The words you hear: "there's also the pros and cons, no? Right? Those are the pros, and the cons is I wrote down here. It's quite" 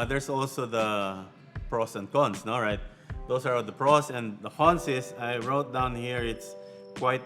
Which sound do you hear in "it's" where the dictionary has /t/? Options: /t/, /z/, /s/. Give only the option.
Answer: /t/